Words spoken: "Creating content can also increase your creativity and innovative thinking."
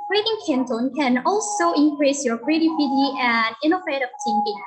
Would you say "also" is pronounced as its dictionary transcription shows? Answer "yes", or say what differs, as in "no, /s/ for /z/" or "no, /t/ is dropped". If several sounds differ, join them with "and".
yes